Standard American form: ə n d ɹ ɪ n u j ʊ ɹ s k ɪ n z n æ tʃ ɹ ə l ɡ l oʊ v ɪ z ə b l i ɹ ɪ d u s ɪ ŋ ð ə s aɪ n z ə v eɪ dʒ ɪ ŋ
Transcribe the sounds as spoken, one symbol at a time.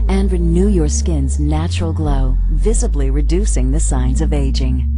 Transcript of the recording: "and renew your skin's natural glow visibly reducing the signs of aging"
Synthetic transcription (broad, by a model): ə n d ɹ ɪ n u j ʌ ɹ s k ɪ n z n æ tʃ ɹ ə l ɡ l oʊ v ɪ z ə b l i ɹ ɪ d u s ɪ ŋ ð ə s aɪ n z ə v eɪ dʒ ɪ ŋ